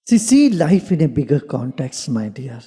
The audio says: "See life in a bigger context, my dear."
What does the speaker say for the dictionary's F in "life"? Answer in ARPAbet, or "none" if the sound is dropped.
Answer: F